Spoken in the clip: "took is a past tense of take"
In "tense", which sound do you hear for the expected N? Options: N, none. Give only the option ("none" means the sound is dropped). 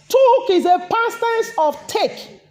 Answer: none